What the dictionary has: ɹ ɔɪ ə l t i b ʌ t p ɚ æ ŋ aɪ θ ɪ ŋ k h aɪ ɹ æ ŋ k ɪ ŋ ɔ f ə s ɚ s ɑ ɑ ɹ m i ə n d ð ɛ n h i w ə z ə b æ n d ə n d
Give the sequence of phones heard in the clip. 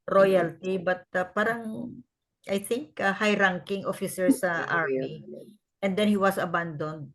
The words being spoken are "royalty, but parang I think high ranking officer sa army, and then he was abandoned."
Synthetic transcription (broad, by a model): ɹ ɔɪ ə l t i b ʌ t p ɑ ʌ ŋ aɪ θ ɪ ŋ k h aɪ ɹ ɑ ŋ k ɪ ŋ ɔ f ə s ɚ s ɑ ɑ ɹ m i ə n d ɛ n h i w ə s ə b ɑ n d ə n d